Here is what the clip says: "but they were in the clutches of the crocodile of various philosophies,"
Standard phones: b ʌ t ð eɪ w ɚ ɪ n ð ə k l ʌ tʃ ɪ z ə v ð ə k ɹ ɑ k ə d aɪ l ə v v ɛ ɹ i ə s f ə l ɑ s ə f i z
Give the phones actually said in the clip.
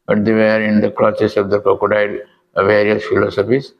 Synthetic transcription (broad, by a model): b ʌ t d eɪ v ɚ ɪ n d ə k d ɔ s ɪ s ə v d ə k ɑ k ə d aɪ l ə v v ɛ ɹ i ə s f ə l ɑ s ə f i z